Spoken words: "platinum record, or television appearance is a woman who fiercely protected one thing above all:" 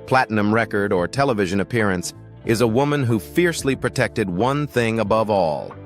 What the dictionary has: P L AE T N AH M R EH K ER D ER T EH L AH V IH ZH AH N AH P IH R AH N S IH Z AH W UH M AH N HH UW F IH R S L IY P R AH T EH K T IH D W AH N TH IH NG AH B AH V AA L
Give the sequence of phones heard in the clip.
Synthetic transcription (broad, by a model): P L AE T N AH M R EH K ER D ER T EH L AH V IH ZH AH N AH P IH R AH N S IH Z AH W UH M AH N HH UW F IH R S L IY P R AH T EH K T IH D W AH N TH IH NG AH B AH V AA L